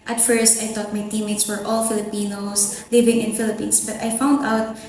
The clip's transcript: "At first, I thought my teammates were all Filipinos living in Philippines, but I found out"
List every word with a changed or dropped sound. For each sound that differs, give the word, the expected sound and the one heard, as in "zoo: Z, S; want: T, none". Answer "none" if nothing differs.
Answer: thought: TH, T; filipinos: Z, S; philippines: Z, S